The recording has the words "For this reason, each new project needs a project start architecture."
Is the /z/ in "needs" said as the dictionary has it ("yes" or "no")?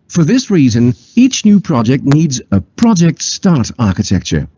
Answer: yes